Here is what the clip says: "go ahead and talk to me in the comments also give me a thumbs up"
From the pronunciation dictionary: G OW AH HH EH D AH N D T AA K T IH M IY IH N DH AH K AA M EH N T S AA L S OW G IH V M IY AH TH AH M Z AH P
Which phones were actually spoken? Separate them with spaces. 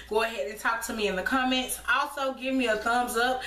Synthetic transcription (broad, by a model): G OW AH HH EH D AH N T AA K T IH M IY IH N DH AH K AA M EH N T S AA L S OW G IH V M IY AH TH AH M Z AH P